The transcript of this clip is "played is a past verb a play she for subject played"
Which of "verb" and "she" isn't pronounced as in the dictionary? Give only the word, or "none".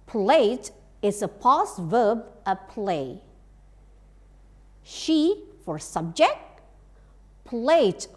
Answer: none